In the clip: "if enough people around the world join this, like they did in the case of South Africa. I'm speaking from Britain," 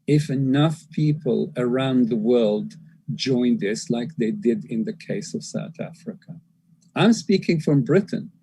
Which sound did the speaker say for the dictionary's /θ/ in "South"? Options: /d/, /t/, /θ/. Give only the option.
/θ/